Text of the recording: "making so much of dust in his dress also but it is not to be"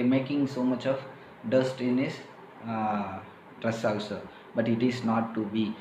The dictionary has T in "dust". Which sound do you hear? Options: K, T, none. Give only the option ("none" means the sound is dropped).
T